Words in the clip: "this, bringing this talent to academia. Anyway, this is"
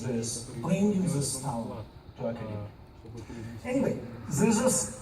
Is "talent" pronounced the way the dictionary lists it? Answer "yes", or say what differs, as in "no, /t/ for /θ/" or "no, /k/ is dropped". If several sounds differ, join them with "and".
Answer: no, /l/ is dropped